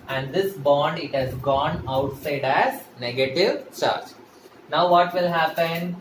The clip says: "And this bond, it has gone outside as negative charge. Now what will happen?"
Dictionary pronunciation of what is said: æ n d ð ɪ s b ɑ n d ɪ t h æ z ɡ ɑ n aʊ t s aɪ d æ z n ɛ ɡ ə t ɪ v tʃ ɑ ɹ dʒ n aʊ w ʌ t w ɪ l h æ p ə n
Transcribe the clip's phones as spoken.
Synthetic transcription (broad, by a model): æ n d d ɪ s b ɑ n d ɪ t h æ z ɡ ɑ n aʊ t s aɪ d æ z n ɛ ɡ ə t ɪ v tʃ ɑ ɹ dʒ n aʊ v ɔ t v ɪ l h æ p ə n